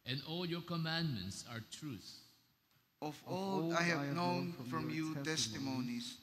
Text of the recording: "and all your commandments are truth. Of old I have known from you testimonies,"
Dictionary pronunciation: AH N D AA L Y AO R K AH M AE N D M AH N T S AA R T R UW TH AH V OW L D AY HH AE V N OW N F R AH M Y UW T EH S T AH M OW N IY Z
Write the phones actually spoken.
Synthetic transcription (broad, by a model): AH N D AA L Y AO R K AH M AE N D M AH N T S AA R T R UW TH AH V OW L AY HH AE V N OW N F R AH M Y UW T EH S T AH M OW N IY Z